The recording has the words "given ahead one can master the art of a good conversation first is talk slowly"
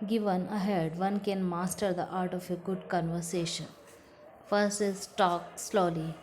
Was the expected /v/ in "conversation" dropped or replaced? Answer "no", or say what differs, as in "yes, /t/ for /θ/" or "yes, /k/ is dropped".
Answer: no